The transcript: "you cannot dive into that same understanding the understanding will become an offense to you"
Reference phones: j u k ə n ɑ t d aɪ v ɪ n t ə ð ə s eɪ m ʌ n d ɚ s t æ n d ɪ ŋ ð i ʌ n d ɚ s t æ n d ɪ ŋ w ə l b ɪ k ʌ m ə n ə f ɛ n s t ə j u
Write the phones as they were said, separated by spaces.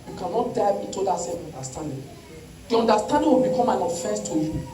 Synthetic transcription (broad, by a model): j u k ə n ɑ t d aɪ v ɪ t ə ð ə s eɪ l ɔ n d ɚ s t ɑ n d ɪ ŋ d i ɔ n d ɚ s t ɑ n d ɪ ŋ w ə l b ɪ k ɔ m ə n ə f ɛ s t ə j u